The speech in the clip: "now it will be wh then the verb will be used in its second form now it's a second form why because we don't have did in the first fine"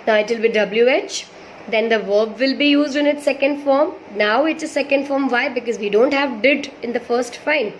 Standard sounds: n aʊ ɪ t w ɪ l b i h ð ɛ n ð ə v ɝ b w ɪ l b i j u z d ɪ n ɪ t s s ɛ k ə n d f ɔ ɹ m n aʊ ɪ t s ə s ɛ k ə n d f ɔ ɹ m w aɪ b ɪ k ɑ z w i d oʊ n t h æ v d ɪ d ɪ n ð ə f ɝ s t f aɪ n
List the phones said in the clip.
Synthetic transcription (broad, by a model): n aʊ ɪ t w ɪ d b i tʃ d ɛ n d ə v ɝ b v ɪ l b i j u z d ɪ n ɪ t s s ɛ k ə n d f ɔ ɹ m n aʊ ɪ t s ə s ɛ k ə n d f ɔ ɹ m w aɪ b ɪ k ɑ z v i d oʊ n t h æ v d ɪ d ɪ n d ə f ɝ s t f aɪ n